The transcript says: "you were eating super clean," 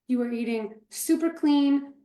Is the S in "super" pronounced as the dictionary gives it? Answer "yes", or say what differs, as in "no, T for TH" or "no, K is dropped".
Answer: yes